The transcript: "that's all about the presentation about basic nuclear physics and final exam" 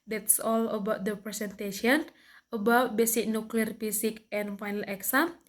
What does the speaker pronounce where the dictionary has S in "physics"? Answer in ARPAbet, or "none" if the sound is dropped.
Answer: none